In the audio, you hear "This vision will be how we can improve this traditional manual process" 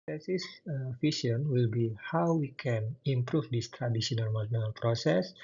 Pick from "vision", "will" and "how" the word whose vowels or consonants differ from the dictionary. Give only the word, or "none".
vision